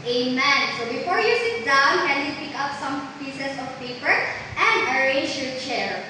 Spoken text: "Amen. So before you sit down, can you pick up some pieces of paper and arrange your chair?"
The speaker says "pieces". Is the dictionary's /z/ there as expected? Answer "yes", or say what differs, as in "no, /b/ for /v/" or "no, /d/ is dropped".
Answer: no, /s/ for /z/